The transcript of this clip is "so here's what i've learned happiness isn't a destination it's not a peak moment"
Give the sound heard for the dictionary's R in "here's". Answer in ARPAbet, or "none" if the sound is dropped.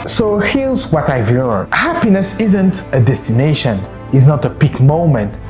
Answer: L